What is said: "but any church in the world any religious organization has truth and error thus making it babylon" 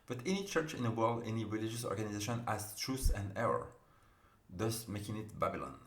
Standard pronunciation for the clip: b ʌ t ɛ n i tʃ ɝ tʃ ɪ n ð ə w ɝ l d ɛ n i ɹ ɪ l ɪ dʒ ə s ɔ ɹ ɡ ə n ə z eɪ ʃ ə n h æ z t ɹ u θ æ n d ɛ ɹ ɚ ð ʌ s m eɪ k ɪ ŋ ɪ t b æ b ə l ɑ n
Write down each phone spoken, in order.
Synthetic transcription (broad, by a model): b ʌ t ɛ n i tʃ ɝ tʃ ɪ n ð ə w ɝ l d ɛ n i ɹ ɪ l ɪ dʒ ə s ɔ ɹ ɡ ə n ə z eɪ ʃ ə n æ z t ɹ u s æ n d ɛ ɹ ɚ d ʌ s m eɪ k ɪ ŋ ɪ t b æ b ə l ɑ n